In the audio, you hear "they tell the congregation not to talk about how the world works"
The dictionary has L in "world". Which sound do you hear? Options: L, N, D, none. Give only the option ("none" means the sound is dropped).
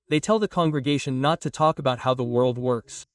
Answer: L